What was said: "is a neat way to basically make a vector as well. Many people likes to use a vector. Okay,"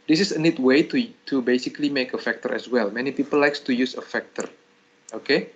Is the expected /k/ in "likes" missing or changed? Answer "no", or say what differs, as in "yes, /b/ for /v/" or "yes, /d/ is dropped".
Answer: no